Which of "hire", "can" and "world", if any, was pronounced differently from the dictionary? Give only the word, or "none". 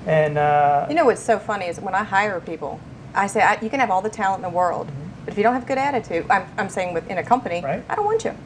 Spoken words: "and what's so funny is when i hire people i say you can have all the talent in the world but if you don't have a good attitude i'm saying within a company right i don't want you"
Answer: none